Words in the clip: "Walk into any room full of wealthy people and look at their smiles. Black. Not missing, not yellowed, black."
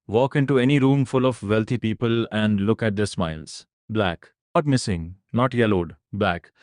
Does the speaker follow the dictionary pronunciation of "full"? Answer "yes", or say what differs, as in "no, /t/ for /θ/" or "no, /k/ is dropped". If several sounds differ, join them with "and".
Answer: yes